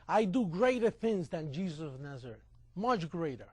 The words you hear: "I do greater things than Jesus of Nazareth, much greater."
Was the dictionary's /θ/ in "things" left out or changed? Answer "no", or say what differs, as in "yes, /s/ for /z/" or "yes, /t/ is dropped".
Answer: no